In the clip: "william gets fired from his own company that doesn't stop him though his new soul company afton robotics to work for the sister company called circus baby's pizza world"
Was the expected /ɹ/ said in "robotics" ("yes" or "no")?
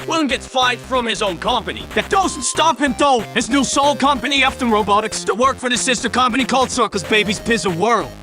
yes